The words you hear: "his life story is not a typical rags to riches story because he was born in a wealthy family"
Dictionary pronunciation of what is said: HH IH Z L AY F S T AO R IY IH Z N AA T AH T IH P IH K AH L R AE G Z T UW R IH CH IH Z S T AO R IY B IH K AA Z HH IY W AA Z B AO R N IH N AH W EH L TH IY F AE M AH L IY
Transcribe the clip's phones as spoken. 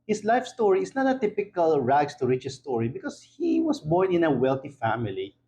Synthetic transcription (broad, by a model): HH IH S L AY F S T AO R IY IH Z N AA T AH T IH P IH K AH L R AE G S T UW R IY CH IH S T AO R IY B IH K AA S HH IY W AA S B AO R N IH N AH W EH L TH IY F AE M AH L IY